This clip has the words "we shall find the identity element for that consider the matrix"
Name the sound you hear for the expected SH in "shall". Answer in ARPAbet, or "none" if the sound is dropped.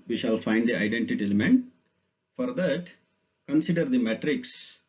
SH